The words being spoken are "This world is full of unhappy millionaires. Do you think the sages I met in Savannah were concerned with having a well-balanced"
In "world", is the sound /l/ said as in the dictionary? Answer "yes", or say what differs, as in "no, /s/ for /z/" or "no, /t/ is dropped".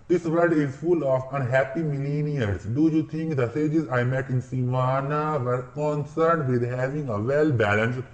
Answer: no, /l/ is dropped